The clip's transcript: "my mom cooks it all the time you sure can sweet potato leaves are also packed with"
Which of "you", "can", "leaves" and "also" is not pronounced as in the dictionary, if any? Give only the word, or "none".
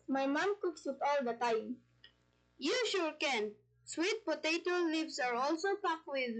leaves